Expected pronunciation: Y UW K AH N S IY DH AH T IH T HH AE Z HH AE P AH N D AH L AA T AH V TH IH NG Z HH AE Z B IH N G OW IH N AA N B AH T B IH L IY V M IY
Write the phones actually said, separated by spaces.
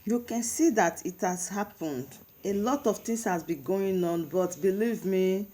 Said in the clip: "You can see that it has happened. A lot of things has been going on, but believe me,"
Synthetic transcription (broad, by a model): Y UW K AH N S IY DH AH T IH T HH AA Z HH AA P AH N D AH L AA T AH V T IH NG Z HH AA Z B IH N G OW IH N AA N B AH T B IH L IY V M IY